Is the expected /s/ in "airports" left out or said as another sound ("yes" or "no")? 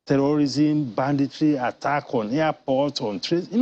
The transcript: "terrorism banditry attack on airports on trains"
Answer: yes